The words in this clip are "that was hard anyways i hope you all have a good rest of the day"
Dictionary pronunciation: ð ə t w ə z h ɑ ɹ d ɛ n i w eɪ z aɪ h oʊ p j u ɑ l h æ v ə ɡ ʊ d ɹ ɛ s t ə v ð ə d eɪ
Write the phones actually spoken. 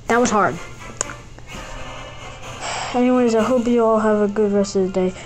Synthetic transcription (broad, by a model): ð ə t w ə z h ɑ ɹ d ɛ n i w eɪ z aɪ h oʊ p j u ɑ l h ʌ v ə ɡ ʊ d ɹ ɛ s t ə v ð ə d eɪ